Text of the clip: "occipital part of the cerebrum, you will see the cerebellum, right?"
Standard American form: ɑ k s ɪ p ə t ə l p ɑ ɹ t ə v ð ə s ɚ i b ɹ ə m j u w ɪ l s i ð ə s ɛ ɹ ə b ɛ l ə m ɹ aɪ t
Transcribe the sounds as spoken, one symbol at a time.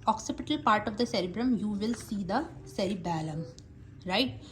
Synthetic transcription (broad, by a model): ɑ k s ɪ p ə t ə l p ɑ ɹ t ə v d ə s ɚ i b ɹ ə m j u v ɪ l s i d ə s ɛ ɹ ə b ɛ l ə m ɹ aɪ t